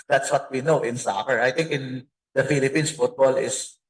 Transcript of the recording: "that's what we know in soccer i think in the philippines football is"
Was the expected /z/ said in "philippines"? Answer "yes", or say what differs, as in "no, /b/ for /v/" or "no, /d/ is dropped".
no, /s/ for /z/